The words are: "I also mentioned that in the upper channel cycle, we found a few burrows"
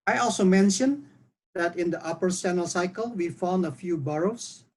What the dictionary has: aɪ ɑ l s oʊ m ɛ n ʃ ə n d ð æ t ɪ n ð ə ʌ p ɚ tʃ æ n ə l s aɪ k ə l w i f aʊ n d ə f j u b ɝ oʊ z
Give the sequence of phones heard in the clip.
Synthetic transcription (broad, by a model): aɪ ɑ l s oʊ m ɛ n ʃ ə n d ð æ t ɪ n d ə ʌ p ɚ s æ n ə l s aɪ k ə l w i f aʊ n d ə f j u b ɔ oʊ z